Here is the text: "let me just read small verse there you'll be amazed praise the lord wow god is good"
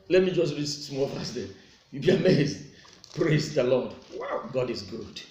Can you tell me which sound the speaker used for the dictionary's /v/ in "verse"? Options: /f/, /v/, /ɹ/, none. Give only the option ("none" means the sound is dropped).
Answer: /f/